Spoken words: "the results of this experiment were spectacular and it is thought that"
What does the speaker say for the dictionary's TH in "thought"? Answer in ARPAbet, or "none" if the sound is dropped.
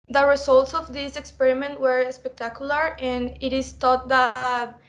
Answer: T